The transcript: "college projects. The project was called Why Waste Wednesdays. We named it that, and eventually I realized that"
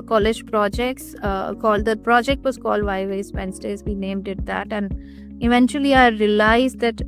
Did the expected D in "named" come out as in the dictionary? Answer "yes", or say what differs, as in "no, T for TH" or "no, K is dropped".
yes